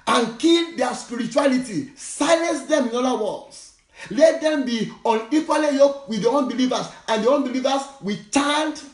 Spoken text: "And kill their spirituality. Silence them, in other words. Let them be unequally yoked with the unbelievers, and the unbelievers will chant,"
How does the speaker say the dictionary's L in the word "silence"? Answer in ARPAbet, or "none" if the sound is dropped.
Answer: L